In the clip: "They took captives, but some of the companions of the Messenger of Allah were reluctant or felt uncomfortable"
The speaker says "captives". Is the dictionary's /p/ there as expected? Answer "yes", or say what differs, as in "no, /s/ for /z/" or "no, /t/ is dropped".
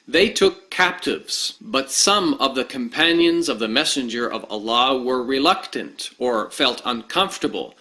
yes